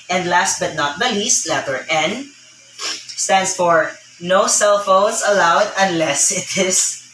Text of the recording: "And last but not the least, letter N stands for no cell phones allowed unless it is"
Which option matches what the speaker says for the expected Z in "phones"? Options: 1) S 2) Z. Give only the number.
1